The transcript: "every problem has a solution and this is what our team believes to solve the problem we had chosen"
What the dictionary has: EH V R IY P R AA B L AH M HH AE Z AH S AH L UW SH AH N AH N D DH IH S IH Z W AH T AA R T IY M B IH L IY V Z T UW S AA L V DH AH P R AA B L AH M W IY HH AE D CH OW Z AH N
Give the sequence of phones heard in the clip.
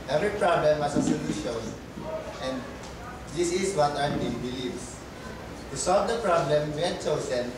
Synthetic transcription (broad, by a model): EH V R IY P R AA B L AH M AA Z AH S AH L UW SH AH N AH N D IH S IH S W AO T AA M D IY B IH L IY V T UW S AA L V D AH P R AA B L AH M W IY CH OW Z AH N